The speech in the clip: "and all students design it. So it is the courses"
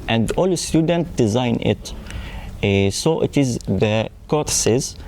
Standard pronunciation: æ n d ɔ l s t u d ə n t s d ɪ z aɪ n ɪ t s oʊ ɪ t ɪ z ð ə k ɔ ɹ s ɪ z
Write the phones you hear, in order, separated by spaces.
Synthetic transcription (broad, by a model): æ n d ɔ l s t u d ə n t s d ɪ z aɪ n ɪ t s oʊ ɪ t ɪ z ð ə k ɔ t s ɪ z